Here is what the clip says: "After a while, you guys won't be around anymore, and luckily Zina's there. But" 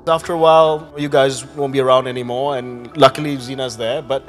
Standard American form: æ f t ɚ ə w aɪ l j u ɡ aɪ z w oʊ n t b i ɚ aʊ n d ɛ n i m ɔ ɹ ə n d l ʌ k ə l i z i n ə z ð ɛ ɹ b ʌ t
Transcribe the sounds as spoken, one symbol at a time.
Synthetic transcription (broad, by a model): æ f t ɚ ə w aɪ l j u ɡ aɪ z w oʊ n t b i ɚ aʊ n d ɛ n i m ɔ ɹ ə n l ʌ k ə l i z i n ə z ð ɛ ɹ b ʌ t